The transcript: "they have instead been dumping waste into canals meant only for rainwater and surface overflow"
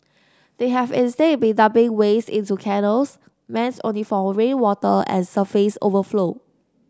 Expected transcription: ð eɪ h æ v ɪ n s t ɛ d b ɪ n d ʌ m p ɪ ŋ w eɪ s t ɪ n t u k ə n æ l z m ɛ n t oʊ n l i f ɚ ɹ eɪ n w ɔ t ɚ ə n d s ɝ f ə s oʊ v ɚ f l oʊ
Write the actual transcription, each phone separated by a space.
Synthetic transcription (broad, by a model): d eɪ h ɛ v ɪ n s t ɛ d b ɪ n d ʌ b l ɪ ŋ w eɪ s ɪ n t u k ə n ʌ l s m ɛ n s oʊ n l i f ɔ ɹ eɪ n w ɔ t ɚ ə n s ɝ f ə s oʊ v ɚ f l oʊ